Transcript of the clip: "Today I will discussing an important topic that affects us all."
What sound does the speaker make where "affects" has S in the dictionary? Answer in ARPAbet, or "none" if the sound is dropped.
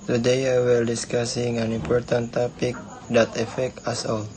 none